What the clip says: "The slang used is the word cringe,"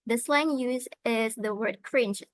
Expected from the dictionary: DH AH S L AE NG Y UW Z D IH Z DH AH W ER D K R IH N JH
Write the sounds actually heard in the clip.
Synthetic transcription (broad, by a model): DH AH S L AE NG Y UW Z IH Z DH AH W ER D K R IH N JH